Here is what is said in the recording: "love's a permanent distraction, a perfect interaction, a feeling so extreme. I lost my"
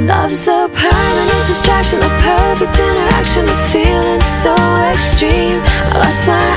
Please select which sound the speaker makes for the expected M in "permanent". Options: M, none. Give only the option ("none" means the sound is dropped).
none